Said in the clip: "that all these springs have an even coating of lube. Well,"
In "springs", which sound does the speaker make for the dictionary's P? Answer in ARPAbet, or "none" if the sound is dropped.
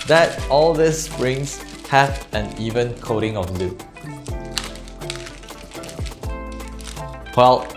none